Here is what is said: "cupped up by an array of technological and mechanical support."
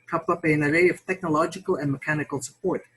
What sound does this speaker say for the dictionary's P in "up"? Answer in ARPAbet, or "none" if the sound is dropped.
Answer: P